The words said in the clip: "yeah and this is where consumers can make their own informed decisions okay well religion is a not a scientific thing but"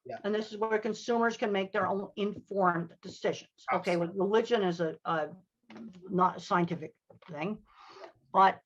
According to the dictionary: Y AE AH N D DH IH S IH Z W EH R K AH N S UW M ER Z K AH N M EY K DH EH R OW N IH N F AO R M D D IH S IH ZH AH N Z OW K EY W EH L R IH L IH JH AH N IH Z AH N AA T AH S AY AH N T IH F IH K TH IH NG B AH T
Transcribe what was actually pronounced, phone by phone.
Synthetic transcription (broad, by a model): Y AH N DH IH S IH Z W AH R K AH N S UW M ER Z K AH N M EY K DH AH R OW N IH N F AO R M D D IH S IH ZH AH N Z OW K EY W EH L R IH L IH JH AH N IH Z AH N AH T AH S AY AH N T IH F IH K TH IH NG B AH T